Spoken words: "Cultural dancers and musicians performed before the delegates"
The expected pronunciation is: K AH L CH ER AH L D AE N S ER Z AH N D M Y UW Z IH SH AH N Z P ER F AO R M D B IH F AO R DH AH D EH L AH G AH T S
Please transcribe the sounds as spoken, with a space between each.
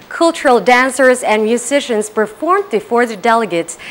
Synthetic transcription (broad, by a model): K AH L CH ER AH L D AE N S ER Z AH N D M Y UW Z IH SH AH N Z P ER F AO R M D B IH F AO R DH AH D EH L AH G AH T S